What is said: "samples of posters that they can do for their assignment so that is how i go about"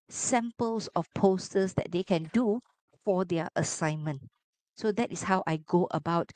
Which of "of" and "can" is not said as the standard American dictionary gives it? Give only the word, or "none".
of